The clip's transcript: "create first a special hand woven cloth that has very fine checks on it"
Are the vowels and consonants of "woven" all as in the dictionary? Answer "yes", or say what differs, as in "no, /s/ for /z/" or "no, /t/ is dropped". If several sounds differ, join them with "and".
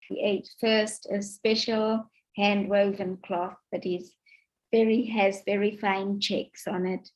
yes